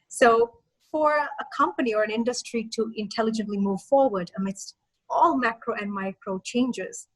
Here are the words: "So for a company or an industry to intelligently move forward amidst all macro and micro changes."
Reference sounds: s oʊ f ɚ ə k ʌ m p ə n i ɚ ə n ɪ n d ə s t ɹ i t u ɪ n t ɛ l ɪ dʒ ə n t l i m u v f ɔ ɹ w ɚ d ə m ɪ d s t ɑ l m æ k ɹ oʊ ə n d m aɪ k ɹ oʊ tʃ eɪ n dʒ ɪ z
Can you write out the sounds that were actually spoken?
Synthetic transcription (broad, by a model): s oʊ f ɚ ə k ʌ m p ə n i ɚ ə n ɪ n d ə s t ɹ i t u ɪ n t ɛ l ɪ dʒ ə n t l i m u v f ɔ ɹ w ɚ d ə m ɪ d s t ɑ l m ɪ k ɹ oʊ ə n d m aɪ k ɹ oʊ tʃ eɪ n dʒ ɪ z